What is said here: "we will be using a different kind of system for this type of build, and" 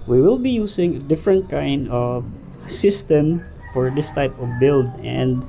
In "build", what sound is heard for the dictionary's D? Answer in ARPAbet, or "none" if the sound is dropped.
D